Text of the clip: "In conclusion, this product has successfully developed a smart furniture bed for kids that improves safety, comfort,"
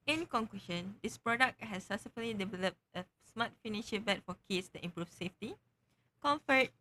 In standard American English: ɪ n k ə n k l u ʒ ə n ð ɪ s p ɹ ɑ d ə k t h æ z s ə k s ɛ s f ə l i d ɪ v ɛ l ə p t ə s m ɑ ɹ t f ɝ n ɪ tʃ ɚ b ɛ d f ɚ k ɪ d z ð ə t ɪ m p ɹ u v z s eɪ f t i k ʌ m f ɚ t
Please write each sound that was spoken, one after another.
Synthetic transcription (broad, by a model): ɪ n k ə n k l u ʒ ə n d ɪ s p ɹ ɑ d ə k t h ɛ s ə s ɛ f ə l i d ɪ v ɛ l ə p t ə s m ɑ t f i n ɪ ʃ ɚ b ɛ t f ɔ k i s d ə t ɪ m p ɹ u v s eɪ f t i k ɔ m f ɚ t